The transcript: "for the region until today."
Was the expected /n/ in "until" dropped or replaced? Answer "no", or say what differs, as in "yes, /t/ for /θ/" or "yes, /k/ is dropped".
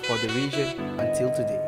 no